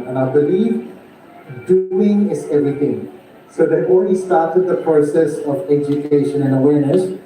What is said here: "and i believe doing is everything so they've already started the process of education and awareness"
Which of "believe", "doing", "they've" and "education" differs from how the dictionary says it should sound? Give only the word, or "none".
they've